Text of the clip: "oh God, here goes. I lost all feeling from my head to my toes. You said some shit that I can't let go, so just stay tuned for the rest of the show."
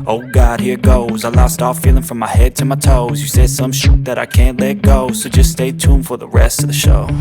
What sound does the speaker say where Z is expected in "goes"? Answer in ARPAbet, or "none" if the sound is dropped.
Z